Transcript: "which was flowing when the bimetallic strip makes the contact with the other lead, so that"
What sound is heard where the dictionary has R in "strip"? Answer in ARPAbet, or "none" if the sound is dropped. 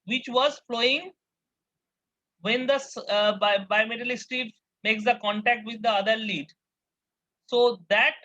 none